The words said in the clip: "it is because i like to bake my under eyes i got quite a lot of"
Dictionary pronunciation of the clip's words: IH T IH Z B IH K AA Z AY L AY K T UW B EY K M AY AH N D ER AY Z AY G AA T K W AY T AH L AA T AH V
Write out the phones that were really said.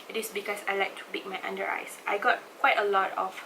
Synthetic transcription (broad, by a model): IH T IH S B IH K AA S AY L AY K T UW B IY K M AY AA N D ER AY S AY G AA T K W AY T AH L AA T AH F